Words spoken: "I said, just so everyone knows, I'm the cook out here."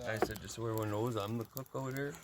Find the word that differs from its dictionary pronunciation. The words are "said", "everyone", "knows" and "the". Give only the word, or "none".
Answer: everyone